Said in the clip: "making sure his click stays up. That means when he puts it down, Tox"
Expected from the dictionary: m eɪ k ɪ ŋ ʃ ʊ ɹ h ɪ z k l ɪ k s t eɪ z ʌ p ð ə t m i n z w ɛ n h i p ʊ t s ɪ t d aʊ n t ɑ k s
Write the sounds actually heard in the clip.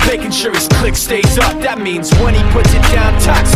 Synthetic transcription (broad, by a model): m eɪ k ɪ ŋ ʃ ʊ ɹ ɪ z k l ɪ k s t eɪ s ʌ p ð ə t m i n z w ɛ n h i p ʊ t s ɪ t d aʊ n t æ k s